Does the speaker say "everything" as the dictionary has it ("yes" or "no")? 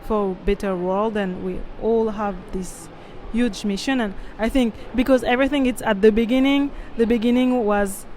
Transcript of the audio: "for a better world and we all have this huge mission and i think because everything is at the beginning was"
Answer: yes